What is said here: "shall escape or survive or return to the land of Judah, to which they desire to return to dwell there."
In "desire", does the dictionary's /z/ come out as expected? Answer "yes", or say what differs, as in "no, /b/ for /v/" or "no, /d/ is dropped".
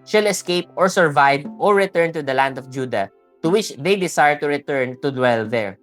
no, /s/ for /z/